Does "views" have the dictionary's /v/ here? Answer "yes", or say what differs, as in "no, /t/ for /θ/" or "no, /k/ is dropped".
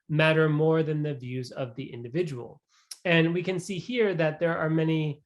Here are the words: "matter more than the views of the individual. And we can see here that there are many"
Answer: yes